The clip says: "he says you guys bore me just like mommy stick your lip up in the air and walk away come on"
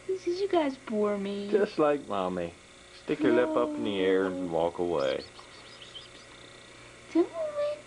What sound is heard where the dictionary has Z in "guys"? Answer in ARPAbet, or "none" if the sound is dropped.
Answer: Z